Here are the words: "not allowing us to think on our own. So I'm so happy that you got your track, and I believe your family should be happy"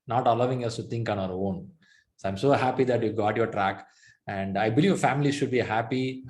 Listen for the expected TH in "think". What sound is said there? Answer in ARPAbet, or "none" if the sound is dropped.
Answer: T